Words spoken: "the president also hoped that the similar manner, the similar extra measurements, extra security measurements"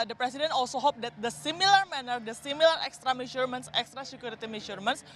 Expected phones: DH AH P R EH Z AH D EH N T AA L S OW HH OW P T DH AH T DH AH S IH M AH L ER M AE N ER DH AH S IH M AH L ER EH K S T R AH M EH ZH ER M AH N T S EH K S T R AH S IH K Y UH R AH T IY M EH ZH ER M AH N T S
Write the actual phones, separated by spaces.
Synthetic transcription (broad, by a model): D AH P R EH S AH D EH N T AA L S OW HH OW P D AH T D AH S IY M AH L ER M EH N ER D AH S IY M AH L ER EH K S T R AH M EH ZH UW M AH N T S EH K S T R AH S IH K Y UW R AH T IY M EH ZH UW M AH N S